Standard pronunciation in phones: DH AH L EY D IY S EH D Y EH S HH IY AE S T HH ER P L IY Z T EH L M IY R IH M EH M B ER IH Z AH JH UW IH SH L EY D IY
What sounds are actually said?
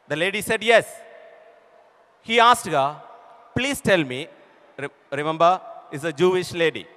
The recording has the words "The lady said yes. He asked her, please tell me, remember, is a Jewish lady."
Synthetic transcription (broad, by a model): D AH L EY D IY S EH D Y EH S HH IY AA S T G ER P L IY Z T EH L M IY R IH M EH M B ER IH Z AH JH UW IH SH L EY D IY